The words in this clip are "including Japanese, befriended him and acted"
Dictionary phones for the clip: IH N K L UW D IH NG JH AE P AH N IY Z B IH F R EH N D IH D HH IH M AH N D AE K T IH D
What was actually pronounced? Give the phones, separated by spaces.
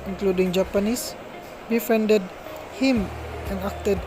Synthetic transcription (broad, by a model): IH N K L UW D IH NG JH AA P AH N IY S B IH F EH N D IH D HH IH M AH N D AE K T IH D